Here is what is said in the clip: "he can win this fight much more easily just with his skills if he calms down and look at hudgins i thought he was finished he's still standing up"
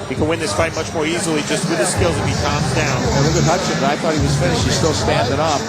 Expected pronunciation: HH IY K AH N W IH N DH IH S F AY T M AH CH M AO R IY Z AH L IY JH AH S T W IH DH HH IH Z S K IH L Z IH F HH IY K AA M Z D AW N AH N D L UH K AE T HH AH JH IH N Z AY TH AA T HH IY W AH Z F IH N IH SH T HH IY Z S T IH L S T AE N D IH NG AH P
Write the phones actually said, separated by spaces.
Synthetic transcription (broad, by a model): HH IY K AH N W IH N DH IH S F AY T M AH CH M AO R IY Z L IY JH AH S T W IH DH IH S K IH L Z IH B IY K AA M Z D AW N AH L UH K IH HH AH CH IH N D AY TH AA T HH IY W AH Z F IH N IH SH T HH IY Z S T IH L S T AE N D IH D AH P